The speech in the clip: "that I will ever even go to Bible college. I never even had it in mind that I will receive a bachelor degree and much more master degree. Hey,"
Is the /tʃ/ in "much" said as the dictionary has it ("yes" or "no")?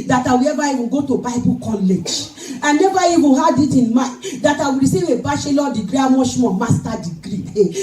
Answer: no